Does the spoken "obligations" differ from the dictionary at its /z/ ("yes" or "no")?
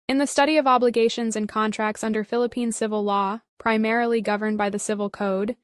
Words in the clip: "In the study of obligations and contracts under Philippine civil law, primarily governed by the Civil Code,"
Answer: no